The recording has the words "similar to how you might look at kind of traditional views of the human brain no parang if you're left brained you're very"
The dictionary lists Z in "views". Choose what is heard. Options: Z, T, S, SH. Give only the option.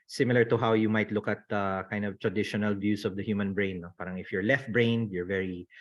S